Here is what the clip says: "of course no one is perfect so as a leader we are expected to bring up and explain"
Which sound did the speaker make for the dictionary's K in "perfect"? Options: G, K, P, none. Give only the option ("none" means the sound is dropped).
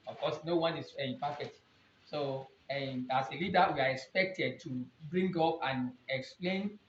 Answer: none